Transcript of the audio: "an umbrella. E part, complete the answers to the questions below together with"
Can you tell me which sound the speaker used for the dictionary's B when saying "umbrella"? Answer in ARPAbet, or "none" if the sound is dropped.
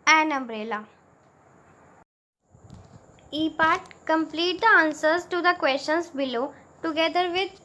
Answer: B